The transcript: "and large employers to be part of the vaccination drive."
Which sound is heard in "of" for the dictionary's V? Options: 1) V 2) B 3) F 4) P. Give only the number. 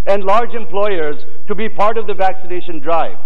1